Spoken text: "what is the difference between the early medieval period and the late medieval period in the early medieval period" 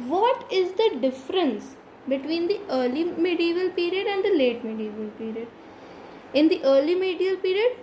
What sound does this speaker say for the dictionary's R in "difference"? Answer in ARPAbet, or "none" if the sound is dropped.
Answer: R